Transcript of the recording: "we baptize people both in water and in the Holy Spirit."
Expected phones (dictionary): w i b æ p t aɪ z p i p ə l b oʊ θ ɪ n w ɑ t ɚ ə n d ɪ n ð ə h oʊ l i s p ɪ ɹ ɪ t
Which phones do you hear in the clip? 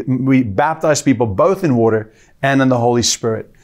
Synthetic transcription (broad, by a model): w i b æ p t aɪ z p i p l b oʊ θ ɪ n w ɑ t ɚ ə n ɪ n ð ə h oʊ l i s p ɪ ɹ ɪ t